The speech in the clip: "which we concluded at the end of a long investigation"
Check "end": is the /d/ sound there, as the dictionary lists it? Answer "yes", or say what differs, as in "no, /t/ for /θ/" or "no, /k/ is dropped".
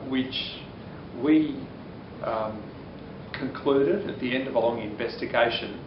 yes